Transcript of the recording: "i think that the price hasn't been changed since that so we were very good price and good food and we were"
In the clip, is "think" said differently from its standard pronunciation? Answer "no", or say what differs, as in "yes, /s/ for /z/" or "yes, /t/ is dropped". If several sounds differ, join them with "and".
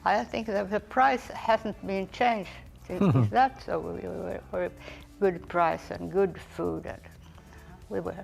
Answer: no